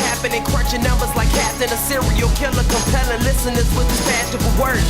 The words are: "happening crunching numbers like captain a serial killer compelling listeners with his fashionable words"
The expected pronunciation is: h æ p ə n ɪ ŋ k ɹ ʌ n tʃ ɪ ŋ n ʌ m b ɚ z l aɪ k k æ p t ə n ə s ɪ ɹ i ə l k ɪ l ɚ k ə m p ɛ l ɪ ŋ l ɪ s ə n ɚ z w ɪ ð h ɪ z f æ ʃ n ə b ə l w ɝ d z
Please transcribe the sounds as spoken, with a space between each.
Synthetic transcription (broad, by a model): h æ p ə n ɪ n k w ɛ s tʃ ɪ n ʌ m b ɚ z l aɪ k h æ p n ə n ə s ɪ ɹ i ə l k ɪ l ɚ k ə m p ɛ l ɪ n l ɪ s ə n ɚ s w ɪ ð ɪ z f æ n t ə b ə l w ɝ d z